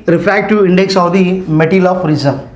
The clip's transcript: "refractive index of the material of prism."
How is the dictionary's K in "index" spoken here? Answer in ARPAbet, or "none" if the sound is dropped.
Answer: K